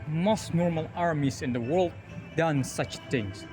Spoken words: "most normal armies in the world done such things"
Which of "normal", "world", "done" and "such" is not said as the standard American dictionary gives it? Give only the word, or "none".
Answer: none